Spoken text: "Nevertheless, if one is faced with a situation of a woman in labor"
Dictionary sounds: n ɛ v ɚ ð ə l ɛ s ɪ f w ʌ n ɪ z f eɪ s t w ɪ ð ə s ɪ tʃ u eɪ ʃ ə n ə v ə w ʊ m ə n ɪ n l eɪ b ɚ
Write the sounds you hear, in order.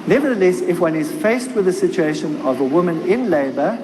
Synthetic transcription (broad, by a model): n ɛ v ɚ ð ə l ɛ s ɪ f w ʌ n ɪ z f eɪ s t w ɪ ð ə s ɪ tʃ u eɪ ʃ ə n ə v ə w ʊ m ə n ɪ n l eɪ b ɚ